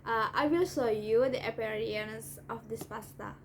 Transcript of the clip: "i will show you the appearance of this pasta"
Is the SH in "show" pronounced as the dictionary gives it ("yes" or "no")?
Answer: no